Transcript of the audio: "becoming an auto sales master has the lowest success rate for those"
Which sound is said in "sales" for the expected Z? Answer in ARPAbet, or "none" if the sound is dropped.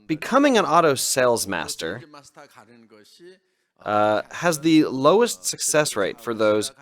Z